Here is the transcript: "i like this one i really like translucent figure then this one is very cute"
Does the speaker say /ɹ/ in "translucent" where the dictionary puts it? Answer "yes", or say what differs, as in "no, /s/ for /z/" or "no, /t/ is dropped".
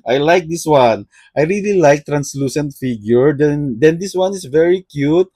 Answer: yes